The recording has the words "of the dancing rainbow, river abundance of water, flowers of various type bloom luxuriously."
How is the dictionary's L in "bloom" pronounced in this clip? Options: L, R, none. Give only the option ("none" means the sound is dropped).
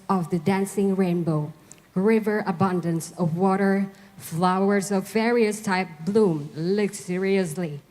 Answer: L